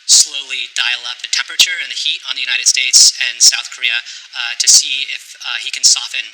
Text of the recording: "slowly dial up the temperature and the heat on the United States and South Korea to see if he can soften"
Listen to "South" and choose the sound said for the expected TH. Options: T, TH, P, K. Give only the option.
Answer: TH